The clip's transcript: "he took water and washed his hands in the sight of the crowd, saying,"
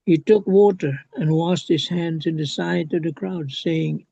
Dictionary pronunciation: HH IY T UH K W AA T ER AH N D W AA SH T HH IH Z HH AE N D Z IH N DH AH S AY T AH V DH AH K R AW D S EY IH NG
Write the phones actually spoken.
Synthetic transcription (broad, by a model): HH IY T UH K W AA T ER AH N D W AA S T HH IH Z HH AE N D Z IH N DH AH S AY T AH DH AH K R AW D S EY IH NG